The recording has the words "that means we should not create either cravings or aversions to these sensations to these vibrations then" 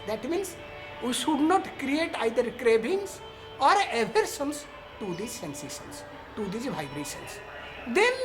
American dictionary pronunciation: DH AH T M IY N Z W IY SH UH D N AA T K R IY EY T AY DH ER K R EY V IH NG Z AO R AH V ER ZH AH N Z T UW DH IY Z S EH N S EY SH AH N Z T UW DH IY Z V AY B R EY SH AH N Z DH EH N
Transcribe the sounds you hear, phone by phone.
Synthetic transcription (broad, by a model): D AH T M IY N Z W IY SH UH D N AA T K R IY EY T AY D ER K R EY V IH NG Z AO R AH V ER S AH N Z T UW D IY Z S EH N S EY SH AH N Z T UW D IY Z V AY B R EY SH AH N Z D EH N